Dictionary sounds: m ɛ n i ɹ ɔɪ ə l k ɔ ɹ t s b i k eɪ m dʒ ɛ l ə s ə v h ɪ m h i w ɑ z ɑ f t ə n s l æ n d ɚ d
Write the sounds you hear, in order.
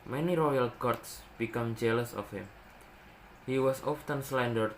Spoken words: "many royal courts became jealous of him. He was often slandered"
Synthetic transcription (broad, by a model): m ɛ n i ɹ ɔɪ ə l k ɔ ɹ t s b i k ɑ m dʒ ɛ l ə s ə f h ɪ m h i w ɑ s ɑ f t ə n s l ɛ n d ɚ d